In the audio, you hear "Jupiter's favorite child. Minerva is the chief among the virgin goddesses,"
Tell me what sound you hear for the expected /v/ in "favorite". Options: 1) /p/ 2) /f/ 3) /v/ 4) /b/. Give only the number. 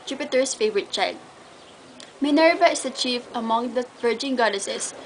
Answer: 3